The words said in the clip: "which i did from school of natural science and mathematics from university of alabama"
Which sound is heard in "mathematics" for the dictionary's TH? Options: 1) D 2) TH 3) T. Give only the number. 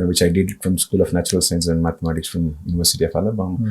3